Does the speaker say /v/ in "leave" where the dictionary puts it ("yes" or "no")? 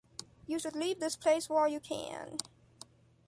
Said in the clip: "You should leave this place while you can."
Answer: yes